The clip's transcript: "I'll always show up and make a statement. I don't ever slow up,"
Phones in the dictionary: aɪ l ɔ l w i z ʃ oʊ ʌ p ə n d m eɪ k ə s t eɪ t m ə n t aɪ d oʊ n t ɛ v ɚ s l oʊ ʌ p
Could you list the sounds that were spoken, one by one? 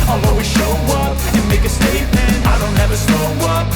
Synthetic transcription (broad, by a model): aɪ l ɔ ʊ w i ʃ oʊ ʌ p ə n m eɪ k ə s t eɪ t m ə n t aɪ d oʊ n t ɛ v ɚ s oʊ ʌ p